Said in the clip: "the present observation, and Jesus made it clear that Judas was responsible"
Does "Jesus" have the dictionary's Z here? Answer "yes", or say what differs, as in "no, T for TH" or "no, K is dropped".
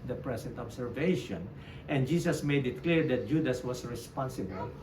no, S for Z